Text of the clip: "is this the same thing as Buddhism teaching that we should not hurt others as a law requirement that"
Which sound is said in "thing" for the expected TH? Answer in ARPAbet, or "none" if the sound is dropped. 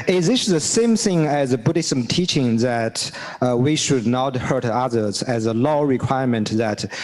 TH